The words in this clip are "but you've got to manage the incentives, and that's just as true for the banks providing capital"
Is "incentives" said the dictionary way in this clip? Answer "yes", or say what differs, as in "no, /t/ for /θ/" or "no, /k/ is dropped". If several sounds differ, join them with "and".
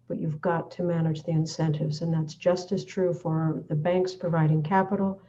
yes